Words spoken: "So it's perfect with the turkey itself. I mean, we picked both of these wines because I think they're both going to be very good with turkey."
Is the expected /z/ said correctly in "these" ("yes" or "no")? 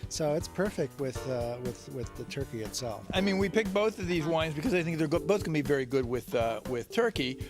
yes